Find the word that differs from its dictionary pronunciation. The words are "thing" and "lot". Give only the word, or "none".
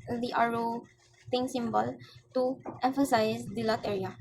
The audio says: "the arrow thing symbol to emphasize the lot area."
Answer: thing